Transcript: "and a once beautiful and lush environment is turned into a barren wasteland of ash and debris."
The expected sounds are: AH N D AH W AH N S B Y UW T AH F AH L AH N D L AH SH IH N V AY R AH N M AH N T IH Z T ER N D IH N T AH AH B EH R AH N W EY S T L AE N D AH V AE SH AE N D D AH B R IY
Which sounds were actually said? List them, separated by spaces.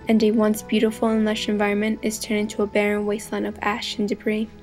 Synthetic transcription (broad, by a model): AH N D AH W AH N S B Y UW T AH F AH L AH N L AH SH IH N V AY R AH N M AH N T IH Z T ER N IH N T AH AH B EH R AH N W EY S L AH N AH V AE SH N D D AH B R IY